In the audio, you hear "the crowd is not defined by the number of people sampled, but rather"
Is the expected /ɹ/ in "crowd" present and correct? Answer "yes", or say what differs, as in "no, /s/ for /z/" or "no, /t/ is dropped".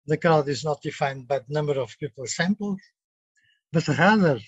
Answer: no, /ɹ/ is dropped